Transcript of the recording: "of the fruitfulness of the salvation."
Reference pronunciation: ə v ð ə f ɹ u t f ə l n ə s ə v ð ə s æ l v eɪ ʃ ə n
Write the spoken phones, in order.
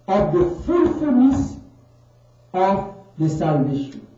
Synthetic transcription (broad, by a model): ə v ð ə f u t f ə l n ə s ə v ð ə s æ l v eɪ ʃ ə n